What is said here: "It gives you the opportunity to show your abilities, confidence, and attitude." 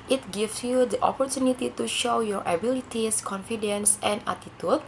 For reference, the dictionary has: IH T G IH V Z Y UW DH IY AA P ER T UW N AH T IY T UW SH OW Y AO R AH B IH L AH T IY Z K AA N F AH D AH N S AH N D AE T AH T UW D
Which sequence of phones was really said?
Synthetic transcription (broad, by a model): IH T G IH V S Y UW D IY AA P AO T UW N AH T IY T UW SH OW Y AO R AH B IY L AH T IY S K AA N F AH D AH N S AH N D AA T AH T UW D